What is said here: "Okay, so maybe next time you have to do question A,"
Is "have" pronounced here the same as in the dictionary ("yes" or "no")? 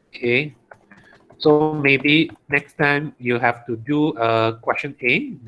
no